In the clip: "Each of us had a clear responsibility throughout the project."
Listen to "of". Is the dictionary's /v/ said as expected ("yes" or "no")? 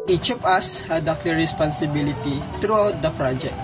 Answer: no